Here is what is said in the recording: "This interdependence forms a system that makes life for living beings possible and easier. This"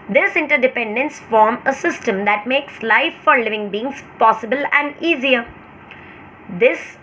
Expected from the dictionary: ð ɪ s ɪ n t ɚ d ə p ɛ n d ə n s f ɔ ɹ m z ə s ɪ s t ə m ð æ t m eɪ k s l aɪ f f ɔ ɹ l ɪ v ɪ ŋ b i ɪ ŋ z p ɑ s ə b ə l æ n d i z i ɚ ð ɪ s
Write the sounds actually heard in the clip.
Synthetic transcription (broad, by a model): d ɪ s ɪ n t ɚ d ə p ɛ n d ə n s f ɔ ɹ m ə s ɪ s t ə m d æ t m eɪ k s l aɪ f f ɔ ɹ l ɪ v ɪ ŋ b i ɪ ŋ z p ɑ s ə b ə l æ n d i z i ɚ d ɪ s